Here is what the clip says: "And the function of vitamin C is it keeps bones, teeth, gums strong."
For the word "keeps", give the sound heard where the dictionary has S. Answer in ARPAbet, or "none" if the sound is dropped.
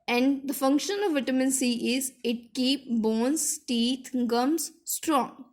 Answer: none